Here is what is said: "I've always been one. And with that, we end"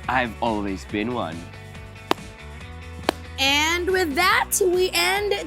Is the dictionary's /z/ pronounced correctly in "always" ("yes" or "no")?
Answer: yes